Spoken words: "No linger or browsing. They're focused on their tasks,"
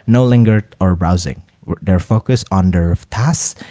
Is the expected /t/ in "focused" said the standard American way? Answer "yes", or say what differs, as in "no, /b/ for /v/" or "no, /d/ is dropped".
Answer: no, /t/ is dropped